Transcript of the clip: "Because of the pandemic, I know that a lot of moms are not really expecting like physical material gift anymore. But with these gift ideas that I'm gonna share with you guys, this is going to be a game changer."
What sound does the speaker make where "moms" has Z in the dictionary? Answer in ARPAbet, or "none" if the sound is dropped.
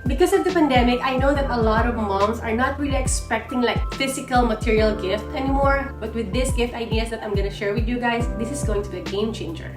S